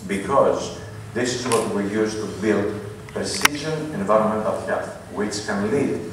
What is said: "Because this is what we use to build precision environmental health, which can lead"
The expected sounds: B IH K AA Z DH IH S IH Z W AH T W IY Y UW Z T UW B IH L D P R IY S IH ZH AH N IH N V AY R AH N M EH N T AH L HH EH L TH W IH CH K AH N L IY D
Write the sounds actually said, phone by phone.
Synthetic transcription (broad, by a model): B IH K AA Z DH IH S IH Z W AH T W IY Y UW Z T UW B IH L D P R IY S IH ZH AH N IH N V AY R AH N M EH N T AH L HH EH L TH W IH CH K AH N L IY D